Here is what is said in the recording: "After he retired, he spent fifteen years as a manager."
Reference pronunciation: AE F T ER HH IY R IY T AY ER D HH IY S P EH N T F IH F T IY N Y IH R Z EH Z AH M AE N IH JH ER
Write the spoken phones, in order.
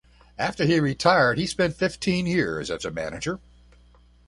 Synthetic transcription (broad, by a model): AE F T ER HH IY R IY T AY ER D HH IY S P EH N T F IH F T IY N Y IH R Z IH Z AH M AE N IH JH ER